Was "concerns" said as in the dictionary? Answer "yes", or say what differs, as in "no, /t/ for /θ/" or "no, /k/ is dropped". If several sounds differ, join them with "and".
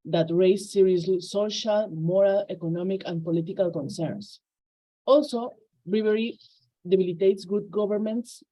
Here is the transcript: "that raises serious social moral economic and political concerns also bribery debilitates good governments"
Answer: no, /s/ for /z/